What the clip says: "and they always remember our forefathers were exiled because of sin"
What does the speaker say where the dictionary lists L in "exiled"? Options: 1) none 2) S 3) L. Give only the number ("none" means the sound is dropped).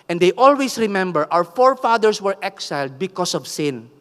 3